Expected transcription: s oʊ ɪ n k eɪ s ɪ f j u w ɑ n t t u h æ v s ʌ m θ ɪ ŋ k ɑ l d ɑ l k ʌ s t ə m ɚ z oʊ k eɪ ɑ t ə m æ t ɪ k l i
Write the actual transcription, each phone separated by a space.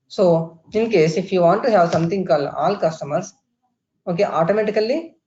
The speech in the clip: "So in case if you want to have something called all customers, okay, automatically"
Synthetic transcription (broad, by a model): s oʊ ɪ n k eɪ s ɪ f j u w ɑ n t t u h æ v s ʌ m t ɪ ŋ k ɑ l ɑ l k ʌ s t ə m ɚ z oʊ k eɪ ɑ t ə m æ t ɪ k l i